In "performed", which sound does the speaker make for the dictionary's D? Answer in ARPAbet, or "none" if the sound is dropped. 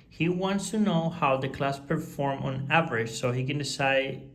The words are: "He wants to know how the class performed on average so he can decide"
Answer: none